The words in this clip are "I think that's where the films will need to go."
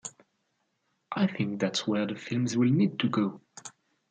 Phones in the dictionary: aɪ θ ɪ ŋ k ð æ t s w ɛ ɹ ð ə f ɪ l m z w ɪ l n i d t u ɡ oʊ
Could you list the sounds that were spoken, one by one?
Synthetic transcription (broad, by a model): aɪ θ ɪ ŋ k ð æ t s w ɛ ɹ ð ə f ɪ l m z w ɪ l n i d t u ɡ oʊ